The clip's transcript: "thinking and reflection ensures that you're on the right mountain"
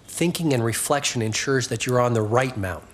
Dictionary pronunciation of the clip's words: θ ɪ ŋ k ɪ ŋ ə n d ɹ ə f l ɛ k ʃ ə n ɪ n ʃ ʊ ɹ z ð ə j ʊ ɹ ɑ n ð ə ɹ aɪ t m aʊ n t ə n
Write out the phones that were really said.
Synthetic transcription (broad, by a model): θ ɪ ŋ k ɪ ŋ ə n ɹ ə f l ɛ k ʃ ə n ɪ n ʃ ʊ ɹ z ð ə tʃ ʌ ɹ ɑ n ð ə ɹ aɪ t m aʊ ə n